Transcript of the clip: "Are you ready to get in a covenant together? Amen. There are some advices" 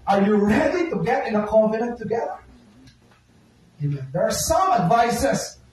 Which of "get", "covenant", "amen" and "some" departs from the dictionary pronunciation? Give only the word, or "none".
covenant